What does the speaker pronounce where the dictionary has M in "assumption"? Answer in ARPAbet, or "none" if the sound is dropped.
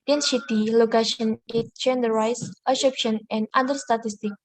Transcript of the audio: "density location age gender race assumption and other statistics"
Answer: none